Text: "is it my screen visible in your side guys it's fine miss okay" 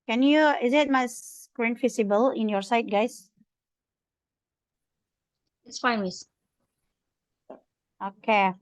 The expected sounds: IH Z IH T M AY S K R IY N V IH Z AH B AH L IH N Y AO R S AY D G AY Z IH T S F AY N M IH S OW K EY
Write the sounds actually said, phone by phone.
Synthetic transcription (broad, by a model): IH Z IH T M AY S K R IY N F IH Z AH B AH L IH N Y AO R S AY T G AY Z IH T S F AY N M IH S OW K EY